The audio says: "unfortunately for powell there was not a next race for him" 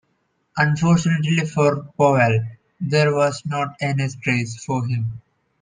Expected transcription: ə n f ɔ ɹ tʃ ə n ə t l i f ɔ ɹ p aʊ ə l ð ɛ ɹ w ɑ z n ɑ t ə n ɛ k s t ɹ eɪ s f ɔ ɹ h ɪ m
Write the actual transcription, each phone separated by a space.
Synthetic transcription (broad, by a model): ə n f ɔ ɹ tʃ ə n ə t l i f ɔ ɹ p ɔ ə l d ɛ ɹ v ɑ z n ɑ t ə n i s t ɹ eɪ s f ɔ ɹ h ɪ m